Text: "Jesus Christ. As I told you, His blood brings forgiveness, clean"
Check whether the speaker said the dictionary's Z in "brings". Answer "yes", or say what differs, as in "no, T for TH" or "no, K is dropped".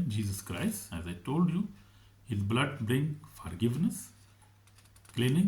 no, Z is dropped